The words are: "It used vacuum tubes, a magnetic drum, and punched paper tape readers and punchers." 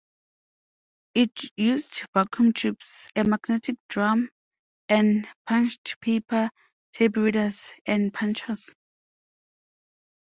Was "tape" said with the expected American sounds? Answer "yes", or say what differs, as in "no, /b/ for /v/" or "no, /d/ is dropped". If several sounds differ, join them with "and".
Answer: no, /b/ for /p/